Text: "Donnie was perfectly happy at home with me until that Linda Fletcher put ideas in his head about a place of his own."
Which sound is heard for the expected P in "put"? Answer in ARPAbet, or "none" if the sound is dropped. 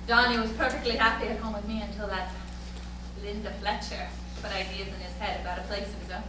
B